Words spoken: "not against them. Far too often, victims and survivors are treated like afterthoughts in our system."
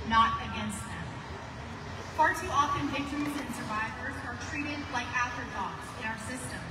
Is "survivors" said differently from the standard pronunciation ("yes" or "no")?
no